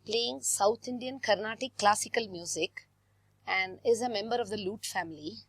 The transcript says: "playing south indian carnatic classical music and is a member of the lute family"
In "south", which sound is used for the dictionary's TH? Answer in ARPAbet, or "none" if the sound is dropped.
T